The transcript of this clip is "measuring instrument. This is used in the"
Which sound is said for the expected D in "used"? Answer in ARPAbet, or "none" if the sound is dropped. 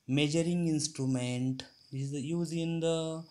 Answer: none